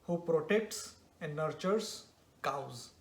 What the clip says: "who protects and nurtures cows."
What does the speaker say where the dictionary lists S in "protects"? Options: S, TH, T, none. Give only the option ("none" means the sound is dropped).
S